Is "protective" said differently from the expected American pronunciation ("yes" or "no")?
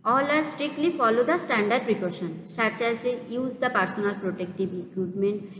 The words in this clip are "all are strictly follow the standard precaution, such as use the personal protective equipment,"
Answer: yes